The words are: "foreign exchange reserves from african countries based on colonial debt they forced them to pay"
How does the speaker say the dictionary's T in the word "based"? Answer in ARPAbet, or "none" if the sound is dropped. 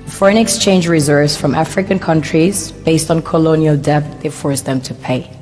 T